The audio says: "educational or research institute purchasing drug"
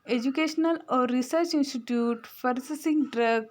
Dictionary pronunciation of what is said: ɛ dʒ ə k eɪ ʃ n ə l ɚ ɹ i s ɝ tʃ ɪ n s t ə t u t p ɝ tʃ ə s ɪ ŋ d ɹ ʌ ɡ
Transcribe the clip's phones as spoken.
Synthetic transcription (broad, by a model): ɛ dʒ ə k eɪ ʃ n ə l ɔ ɹ i s ɝ tʃ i n s t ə t u t f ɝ s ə s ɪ ŋ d ɹ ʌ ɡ